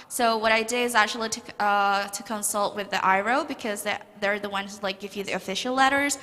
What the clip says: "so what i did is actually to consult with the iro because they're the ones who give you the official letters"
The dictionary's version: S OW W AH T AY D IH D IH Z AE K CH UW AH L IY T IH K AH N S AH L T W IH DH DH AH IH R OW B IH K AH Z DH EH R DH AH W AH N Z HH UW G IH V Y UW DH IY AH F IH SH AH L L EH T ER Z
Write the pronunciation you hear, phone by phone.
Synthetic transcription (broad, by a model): S OW W AH T AY D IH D IH Z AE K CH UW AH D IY T IH K AH N S AH L T W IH DH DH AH IH R OW B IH K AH Z DH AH R DH AH W AH N HH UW G IH V Y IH DH IY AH F IH SH L L EH T ER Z